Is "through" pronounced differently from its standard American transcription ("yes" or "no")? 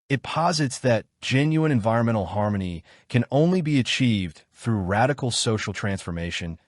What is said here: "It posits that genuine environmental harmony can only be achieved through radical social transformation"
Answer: no